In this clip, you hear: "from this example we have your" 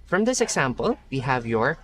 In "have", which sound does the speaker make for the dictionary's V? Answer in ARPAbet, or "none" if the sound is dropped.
V